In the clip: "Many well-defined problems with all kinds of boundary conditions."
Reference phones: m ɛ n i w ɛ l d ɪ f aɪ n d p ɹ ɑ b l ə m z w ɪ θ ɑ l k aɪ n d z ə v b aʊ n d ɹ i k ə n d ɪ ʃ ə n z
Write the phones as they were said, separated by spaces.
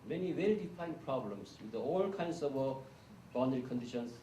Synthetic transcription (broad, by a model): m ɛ n i w ɛ l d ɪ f aɪ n p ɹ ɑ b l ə m s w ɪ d ɑ l k aɪ n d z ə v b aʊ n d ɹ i k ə n d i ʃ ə n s